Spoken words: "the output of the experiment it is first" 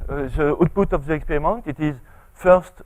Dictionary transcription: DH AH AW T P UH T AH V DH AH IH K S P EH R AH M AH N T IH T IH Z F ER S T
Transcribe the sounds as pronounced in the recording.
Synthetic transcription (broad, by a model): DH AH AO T B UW T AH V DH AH IH K S P EH R AH M AH N T IH T IH Z F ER S T